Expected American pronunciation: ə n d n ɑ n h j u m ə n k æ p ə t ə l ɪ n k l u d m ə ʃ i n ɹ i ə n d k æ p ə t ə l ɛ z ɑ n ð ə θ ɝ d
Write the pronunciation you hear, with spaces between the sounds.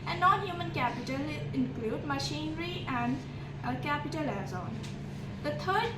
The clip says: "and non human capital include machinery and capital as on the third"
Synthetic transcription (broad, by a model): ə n n ɑ n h j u m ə n k æ p ə t ə l ɪ n k l u d m ə ʃ i n ɹ i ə n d k æ p ə t ə l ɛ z ɑ n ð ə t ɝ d